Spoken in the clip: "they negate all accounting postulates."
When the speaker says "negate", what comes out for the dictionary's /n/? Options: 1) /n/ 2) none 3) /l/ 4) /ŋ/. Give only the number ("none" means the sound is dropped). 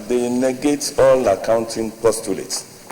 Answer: 1